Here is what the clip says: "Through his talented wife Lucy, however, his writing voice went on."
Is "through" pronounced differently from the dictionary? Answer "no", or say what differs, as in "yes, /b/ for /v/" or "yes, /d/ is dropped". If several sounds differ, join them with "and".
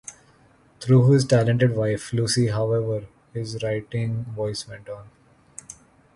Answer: yes, /t/ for /θ/